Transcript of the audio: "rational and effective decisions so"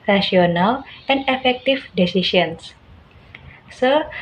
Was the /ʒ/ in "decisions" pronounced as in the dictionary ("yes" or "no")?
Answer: no